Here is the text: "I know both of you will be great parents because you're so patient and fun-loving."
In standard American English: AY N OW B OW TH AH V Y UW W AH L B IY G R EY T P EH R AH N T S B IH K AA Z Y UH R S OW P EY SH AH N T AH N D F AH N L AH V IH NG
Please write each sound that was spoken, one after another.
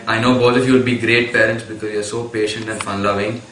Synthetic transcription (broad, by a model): AY N OW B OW T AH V Y UW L B IY G R EY T P EH R AH N T S B IH K AA Z Y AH R S OW P EY SH AH N T AH N D F AH N L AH V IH NG